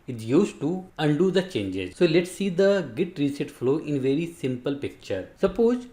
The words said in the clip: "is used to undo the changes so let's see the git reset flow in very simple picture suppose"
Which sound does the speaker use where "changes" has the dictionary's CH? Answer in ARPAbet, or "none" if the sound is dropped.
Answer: CH